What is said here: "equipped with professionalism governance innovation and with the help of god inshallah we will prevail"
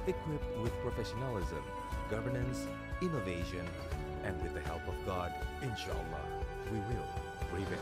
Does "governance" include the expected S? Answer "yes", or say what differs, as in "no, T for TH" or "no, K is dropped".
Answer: yes